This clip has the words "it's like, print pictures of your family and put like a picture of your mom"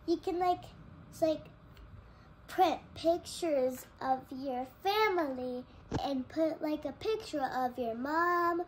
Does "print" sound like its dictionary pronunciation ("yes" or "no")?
no